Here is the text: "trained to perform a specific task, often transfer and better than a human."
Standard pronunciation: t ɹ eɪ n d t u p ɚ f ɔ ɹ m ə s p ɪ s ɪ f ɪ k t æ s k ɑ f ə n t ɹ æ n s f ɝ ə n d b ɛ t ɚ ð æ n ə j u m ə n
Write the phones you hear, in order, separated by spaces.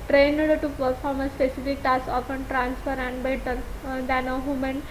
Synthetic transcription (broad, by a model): t ɹ eɪ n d t u p ɚ f ɔ ɹ m ə s p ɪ s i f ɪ k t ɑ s ɑ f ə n t ɹ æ n s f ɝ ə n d b ɛ t ɚ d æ n ə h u m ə n